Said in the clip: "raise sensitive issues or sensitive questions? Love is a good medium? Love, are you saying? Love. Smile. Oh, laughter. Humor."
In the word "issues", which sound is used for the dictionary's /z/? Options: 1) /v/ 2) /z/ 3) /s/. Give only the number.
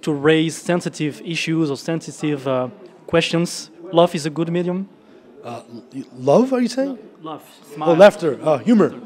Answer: 2